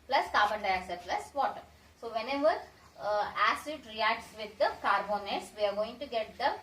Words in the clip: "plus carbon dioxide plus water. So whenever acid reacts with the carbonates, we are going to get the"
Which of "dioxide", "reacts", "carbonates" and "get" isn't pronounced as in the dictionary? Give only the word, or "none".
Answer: dioxide